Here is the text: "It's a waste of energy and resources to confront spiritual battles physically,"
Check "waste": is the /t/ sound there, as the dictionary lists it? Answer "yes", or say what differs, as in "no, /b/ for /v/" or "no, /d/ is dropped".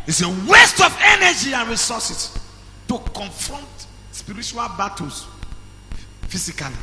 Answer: yes